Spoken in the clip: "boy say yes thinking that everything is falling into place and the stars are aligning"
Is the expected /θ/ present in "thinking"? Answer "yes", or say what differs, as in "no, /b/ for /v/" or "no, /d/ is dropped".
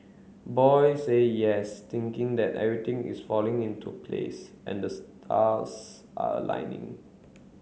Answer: no, /t/ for /θ/